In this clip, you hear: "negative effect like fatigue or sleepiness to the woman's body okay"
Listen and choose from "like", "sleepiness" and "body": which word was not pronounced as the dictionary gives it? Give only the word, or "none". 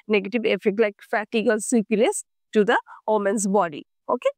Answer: sleepiness